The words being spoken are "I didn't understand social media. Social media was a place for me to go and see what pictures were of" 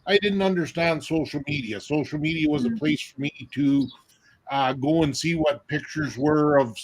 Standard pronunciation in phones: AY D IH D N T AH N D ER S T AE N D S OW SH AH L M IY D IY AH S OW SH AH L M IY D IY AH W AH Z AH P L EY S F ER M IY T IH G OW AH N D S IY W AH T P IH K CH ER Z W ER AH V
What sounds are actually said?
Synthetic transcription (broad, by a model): AY D IH D N T AH N D ER S T AE N D S OW SH L M IY D IY AH S OW SH L M IY D IY AH W AH Z AH P L EY S F ER M IY T IH G OW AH N S IY W AH T P IH K CH ER Z W ER AH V